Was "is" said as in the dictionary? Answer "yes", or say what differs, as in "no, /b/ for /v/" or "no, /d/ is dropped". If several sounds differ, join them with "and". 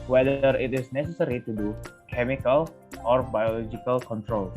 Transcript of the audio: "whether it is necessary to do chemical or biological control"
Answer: no, /s/ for /z/